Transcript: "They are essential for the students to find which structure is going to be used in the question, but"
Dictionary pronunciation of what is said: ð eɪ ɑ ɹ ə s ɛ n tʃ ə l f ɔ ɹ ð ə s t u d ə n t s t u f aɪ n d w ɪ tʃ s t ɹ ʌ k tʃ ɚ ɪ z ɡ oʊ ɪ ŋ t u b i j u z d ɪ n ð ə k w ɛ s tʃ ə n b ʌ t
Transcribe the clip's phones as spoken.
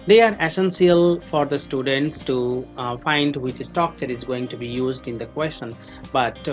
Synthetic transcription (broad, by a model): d eɪ ɑ ɹ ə s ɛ n s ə l f ɔ ɹ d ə s t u d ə n t s t u f aɪ n d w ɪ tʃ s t ɔ k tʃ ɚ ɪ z ɡ oʊ ɪ ŋ t u b i j u z d ɪ n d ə k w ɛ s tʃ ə n b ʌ t